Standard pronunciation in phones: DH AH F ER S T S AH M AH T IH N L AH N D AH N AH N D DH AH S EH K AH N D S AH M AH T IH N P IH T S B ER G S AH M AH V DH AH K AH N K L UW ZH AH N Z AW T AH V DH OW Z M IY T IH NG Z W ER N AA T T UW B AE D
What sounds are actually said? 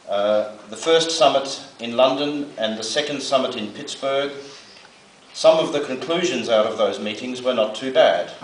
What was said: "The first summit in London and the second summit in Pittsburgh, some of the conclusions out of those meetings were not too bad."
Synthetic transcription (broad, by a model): DH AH F ER S T S AH M AH T IH N L AH N D AH N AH N DH AH S EH K AH N D S AH M AH T IH N P IH T S B ER G S AH M AH V DH AH K AH N K L UW ZH AH N Z AW T AH V DH OW Z M IY T IH NG Z W ER N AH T T UW B AE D